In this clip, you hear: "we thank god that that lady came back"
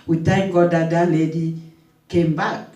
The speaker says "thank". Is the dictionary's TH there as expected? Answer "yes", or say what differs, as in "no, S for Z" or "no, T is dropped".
no, T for TH